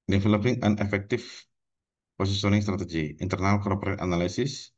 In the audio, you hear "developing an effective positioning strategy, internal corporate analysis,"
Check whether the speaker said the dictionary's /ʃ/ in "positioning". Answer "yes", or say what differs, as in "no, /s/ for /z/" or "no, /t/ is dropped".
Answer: no, /s/ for /ʃ/